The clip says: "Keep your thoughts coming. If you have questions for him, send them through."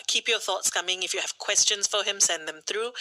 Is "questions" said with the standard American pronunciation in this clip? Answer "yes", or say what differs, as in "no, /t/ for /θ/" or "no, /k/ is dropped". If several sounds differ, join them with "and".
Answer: no, /s/ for /z/